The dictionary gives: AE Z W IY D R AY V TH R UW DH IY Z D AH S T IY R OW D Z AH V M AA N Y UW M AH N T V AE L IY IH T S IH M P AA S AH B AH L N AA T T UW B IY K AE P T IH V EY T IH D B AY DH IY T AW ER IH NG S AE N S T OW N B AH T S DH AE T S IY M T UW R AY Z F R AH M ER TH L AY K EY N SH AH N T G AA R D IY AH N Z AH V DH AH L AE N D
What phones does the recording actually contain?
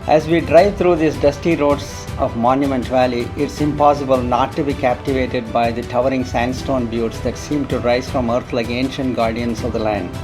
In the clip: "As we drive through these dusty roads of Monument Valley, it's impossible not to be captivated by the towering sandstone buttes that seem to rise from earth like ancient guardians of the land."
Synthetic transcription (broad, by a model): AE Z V IY D R AY V T R UW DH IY S D AH S T IY R OW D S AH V M AA N Y UW M AH N T V AE L IY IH T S IH M P AA S AH B AH L N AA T T UW B IY K AE P T IH V EY T IH D B AY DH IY T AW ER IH NG S AE N S T OW N B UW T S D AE T S IY M T UW R AY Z F R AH M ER T L AY K EY N SH AH N T G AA R D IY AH N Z AH V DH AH L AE N D